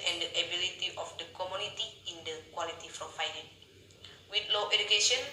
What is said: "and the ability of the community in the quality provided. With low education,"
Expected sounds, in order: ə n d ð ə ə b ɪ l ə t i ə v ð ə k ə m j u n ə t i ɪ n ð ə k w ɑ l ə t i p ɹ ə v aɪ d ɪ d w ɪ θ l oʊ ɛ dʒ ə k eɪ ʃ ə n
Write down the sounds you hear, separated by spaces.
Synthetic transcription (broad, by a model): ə n d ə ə b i l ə t i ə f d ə k ə m j u n ə t i ɪ n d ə k w ɑ l ə t i f ɹ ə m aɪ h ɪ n w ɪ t l oʊ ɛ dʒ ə k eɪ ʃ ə n